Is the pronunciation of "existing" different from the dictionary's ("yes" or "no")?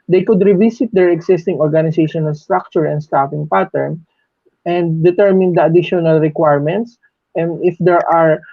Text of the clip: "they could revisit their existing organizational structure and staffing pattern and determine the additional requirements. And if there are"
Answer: yes